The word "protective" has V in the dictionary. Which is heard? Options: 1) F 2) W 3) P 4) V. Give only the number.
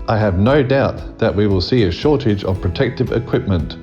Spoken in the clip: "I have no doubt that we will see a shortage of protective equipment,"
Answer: 4